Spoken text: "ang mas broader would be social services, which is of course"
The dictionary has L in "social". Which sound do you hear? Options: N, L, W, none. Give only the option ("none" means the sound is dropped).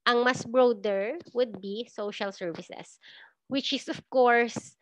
L